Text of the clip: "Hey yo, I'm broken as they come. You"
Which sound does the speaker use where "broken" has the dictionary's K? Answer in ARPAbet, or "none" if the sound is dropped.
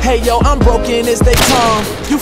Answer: K